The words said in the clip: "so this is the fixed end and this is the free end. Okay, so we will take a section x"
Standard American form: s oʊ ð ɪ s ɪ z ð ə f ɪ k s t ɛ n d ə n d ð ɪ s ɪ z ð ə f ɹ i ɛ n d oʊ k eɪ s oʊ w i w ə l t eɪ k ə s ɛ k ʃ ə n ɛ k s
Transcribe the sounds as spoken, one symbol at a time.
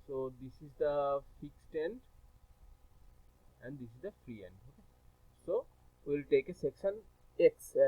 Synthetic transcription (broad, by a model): s oʊ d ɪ s ɪ z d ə f ɪ k s t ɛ n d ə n d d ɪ s ɪ z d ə f ɹ i ɛ n d oʊ k eɪ s oʊ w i l t eɪ k ə s ɛ k ʃ ə n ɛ k s